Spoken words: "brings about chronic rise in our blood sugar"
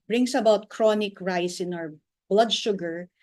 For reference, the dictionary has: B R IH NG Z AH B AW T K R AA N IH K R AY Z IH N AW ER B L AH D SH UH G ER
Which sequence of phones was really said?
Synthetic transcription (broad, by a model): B R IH NG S AH B AW T K R AA N IH K R AY S IH N AW ER B L AH D SH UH G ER